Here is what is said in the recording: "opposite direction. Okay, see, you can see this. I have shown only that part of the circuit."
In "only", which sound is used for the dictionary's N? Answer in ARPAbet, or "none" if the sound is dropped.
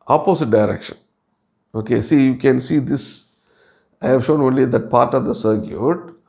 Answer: N